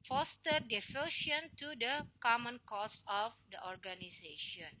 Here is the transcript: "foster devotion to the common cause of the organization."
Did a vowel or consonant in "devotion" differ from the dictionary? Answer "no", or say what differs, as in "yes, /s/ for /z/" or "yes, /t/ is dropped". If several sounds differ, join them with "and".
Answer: yes, /f/ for /v/